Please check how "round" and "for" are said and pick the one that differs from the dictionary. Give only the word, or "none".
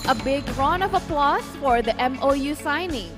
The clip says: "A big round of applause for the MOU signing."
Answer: round